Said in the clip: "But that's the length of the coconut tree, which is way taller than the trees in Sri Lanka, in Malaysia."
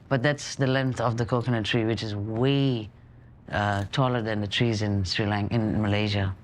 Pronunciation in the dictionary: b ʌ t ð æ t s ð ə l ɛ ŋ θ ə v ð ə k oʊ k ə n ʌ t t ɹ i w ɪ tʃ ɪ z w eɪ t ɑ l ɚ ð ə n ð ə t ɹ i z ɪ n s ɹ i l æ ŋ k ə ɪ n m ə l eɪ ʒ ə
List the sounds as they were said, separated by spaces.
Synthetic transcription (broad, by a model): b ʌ t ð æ t s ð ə l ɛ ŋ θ ə v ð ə k oʊ k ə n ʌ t t ɹ i w ɪ tʃ ɪ z w eɪ t ɑ l ɚ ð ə n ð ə t ɹ i z ɪ n s ɹ i l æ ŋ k ɪ n m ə l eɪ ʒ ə